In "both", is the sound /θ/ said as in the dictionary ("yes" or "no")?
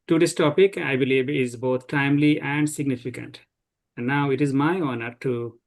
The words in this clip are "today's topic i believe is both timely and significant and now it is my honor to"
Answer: no